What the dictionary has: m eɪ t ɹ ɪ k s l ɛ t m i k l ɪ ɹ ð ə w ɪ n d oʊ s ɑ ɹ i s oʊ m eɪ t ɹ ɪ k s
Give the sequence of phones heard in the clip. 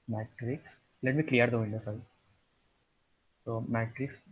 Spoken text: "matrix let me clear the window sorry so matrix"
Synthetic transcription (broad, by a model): m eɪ t ɹ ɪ k s l ɛ t m i k l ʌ ɹ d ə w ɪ n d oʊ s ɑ i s oʊ m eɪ t ɹ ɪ k s